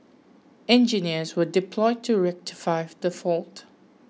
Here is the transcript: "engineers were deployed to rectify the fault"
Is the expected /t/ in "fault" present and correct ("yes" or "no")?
yes